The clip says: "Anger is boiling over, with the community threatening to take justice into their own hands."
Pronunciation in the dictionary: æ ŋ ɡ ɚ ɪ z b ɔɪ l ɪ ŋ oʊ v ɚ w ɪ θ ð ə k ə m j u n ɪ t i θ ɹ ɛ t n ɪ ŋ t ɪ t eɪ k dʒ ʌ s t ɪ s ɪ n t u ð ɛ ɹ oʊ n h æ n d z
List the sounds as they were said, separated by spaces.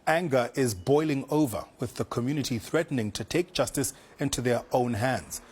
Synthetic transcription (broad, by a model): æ ŋ ɡ ɚ ɪ z b ɔɪ l ɪ ŋ oʊ v ɚ w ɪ ð ə k ə m j u n ɪ t i θ ɹ ɛ t n ɪ ŋ t ɪ t eɪ k dʒ ʌ s t ɪ s ɪ n t u ð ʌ ɹ oʊ n h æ n d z